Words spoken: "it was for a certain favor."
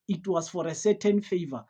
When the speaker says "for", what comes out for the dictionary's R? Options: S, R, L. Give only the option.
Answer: R